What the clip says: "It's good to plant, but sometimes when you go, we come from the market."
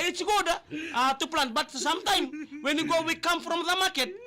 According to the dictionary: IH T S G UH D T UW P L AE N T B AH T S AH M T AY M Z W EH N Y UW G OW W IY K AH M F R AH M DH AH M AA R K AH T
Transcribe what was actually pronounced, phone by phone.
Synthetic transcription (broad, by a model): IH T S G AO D T UW P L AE N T B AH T S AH M T AY M W EH N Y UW G OW W IY K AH M F R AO M DH AH M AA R K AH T